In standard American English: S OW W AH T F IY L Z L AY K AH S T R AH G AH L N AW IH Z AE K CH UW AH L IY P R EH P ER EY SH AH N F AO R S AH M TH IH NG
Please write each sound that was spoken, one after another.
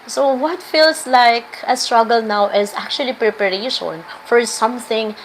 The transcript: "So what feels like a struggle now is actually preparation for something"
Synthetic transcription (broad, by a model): S OW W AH T F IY L S L AY K AH S T R AH G AH L N AW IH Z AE K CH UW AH L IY P R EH P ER EY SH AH N F AO R S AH M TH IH NG